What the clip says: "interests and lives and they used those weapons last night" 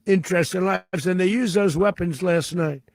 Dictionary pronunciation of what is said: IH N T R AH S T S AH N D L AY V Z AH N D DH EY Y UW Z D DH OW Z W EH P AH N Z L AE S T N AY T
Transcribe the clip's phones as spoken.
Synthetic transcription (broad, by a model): IH N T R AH S T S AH N L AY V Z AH N DH EY Y UW Z DH OW Z W EH P AH N Z L AE S T N AY T